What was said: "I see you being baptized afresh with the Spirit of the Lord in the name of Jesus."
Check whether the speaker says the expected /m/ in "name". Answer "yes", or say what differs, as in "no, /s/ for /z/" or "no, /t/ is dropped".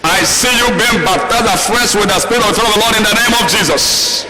yes